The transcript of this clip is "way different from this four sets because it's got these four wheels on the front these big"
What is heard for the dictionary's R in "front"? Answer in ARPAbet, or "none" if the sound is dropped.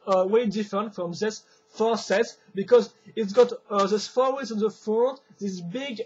none